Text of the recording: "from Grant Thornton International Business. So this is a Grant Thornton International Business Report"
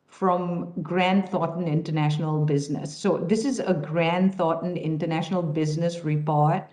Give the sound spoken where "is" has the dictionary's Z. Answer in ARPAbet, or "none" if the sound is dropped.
Z